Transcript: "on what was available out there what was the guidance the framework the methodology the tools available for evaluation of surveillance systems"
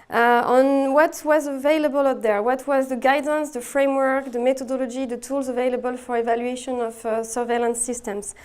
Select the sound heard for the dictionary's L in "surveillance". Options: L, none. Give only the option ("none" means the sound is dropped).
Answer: L